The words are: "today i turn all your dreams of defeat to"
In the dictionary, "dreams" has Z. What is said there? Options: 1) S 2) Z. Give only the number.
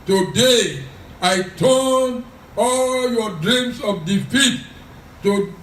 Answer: 1